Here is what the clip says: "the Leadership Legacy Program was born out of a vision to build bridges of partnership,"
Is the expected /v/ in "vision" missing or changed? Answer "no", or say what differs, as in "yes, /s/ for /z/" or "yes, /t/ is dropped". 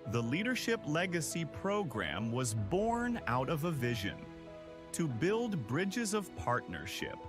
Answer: no